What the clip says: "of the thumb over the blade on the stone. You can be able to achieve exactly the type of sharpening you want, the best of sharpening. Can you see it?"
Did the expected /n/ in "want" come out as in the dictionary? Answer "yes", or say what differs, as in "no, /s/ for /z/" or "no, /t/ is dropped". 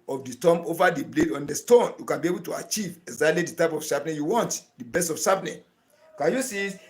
yes